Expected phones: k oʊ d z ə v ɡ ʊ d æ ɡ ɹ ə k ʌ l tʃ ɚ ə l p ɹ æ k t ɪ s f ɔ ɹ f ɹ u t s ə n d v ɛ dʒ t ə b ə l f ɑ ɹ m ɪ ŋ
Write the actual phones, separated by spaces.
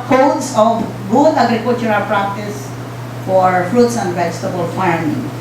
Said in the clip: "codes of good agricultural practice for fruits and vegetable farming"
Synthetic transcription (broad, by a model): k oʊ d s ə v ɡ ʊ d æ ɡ ɹ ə k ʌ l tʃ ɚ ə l p ɹ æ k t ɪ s f ɔ ɹ f ɹ u t s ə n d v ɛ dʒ t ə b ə l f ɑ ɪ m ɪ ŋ